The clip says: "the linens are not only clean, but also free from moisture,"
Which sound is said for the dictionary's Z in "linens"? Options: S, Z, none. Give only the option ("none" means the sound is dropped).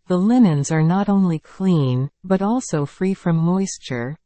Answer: Z